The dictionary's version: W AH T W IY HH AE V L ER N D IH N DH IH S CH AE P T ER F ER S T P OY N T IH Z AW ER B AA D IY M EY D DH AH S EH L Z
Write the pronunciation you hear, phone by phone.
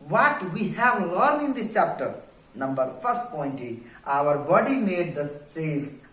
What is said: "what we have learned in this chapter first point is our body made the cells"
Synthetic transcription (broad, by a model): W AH T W IY HH AE V L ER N IH N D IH S CH AE P T ER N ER S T P OY N T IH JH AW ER B AA D IY M EY D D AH S EH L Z